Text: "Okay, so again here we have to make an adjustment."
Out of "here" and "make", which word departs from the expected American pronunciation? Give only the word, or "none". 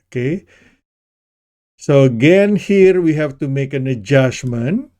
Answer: none